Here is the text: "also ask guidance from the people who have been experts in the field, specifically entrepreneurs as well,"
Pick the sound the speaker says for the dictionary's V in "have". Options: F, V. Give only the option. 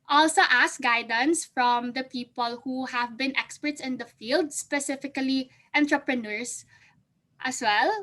V